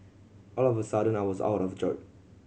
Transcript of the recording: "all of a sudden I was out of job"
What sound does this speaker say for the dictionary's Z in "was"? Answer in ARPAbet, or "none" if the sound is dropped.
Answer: Z